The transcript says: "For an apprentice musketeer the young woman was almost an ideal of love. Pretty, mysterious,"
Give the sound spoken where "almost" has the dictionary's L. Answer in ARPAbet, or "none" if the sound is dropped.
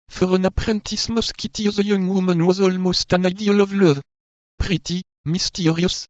L